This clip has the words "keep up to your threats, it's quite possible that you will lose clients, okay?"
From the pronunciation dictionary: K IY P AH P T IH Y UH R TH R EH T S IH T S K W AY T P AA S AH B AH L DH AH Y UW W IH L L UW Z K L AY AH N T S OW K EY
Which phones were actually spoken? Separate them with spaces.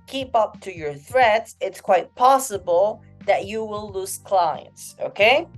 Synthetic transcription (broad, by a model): K IY P AH P T IH Y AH R TH R EH T S IH T S K W AY T P AA S AH B AH L DH AH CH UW W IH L L UW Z K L AY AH N T S OW K EY